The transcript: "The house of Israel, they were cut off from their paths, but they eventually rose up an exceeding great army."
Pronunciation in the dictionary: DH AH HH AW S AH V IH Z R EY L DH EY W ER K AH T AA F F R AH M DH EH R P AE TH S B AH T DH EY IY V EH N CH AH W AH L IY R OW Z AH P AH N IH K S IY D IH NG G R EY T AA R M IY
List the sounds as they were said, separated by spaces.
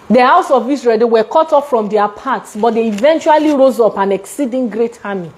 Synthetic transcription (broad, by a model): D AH HH AW S AH V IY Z R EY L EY W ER K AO T AA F F R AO M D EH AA P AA T S B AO T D EY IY V EH N CH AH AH L IY R OW Z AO P AH N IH K S IY D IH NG G R EY T AA M IY